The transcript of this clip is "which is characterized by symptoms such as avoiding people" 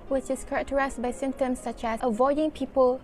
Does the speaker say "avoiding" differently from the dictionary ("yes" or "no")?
no